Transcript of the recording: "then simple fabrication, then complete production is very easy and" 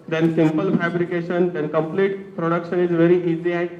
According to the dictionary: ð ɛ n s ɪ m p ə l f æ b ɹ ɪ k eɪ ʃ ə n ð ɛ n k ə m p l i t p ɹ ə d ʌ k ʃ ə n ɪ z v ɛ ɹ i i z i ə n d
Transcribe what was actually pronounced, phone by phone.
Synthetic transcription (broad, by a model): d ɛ n s ɪ m p ə l f æ b ɹ ɪ k eɪ ʃ ə n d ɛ n k ə m p l i t p ɹ ə d ʌ k ʃ ə n ɪ z v ɛ ɹ i i z i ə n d